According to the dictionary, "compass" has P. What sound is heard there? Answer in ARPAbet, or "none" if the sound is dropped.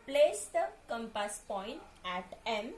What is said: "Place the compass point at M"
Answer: P